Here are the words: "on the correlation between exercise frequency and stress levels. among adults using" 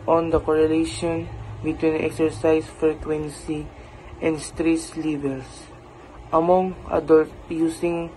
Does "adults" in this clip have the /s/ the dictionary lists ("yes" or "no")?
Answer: no